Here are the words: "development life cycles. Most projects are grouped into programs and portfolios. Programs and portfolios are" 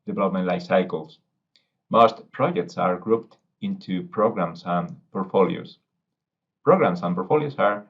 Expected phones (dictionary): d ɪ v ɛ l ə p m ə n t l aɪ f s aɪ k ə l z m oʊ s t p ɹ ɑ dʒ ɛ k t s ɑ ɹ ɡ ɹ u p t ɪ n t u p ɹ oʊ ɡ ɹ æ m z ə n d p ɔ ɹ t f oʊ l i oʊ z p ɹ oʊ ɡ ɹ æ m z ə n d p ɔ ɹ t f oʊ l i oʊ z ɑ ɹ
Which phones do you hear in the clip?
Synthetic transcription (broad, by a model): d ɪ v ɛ l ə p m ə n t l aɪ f s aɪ k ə l s m oʊ s t p ɹ ɑ dʒ ɛ k t s ɑ ɹ ɡ ɹ u p t ɪ n t u p ɹ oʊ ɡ ɹ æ m s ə n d p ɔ ɹ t f oʊ l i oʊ s p ɹ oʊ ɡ ɹ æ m s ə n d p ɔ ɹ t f oʊ l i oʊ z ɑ ɹ